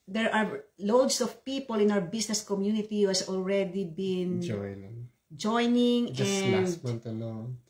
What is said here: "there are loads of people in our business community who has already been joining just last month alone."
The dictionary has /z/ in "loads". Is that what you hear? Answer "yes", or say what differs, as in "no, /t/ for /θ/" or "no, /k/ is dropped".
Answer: no, /s/ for /z/